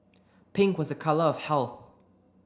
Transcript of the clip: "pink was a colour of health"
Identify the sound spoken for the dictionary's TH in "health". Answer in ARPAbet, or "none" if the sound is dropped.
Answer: TH